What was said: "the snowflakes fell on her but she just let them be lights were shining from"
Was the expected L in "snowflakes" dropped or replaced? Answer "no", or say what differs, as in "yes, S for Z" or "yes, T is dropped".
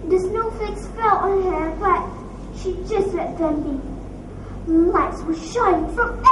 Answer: yes, L is dropped